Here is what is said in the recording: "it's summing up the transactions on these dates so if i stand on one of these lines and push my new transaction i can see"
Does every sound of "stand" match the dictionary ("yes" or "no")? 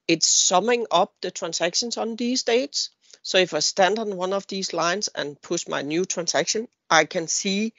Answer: yes